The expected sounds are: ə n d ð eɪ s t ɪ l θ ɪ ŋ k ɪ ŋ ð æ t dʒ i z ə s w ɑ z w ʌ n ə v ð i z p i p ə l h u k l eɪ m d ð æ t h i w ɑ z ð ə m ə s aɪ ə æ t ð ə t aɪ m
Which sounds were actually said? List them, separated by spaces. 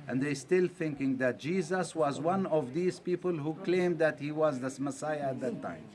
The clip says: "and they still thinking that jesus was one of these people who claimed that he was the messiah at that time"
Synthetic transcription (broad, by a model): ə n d ð eɪ s t ɪ l θ ɪ ŋ k ɪ ŋ ð æ t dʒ i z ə s w ɑ z w ʌ n ə v ð i z p i p ə l h u k l eɪ m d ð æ t h i w ɑ z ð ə m ə s aɪ ə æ t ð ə t aɪ m